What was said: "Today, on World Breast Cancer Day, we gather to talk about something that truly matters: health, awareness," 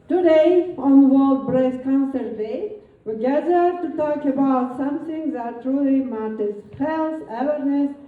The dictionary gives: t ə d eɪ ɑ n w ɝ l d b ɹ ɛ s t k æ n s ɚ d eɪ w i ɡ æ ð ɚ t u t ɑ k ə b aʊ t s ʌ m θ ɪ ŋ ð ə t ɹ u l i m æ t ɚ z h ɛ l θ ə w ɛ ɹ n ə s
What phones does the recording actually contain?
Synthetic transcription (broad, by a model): t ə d eɪ ɑ n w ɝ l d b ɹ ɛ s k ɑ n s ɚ d eɪ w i ɡ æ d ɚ t u t ɑ k ə b aʊ t s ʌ m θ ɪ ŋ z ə t ɹ u l i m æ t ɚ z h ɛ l s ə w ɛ ɹ n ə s